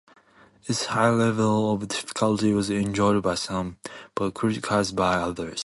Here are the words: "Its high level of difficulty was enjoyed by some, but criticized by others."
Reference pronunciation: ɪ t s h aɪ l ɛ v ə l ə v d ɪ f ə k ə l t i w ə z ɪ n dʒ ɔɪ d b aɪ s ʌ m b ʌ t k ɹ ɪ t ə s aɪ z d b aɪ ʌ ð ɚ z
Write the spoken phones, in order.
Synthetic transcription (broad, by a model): ɪ t s h aɪ l ɛ v ə l ə v d ɪ f ə k ə l t i w ə z ɪ n dʒ ɔɪ d b aɪ s ʌ m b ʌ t k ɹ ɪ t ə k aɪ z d b aɪ ʌ ð ɚ z